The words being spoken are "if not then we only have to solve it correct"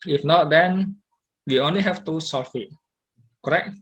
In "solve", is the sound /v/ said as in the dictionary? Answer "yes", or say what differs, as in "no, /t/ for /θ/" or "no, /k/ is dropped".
no, /f/ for /v/